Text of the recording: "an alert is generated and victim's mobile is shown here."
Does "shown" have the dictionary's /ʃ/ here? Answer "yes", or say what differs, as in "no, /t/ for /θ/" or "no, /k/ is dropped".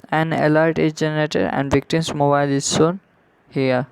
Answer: no, /s/ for /ʃ/